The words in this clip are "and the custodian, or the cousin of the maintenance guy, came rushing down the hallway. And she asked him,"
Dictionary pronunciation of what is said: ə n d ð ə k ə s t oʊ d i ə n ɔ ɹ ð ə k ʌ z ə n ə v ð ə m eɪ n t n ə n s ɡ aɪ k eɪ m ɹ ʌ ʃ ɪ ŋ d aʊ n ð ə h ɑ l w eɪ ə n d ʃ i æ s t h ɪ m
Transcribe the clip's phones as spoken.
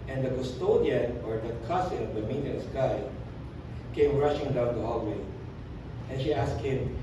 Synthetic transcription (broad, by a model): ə n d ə k ə s t oʊ d i ə n ɔ ɹ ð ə k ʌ s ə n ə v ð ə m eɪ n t ə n s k aɪ k eɪ m ɹ ʌ ʃ ɪ ŋ d aʊ n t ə h ɑ l w eɪ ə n ʃ i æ s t h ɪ m